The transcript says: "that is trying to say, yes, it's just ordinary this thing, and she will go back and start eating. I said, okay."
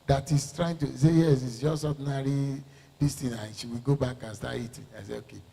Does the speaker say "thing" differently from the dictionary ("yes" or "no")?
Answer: yes